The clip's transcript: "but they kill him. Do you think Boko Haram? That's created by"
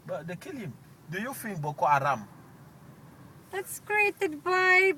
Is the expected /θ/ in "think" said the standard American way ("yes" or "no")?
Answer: no